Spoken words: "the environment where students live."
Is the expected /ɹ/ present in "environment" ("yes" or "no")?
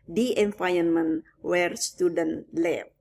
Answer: no